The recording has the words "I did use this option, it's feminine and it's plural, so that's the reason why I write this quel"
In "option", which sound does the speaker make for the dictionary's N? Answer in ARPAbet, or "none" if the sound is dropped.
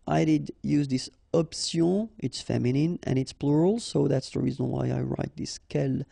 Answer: none